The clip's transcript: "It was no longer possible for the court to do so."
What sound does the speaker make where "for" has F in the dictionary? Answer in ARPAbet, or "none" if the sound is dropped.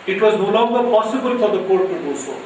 P